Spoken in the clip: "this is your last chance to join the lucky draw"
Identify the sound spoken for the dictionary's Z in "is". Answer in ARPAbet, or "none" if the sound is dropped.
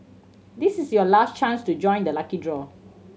S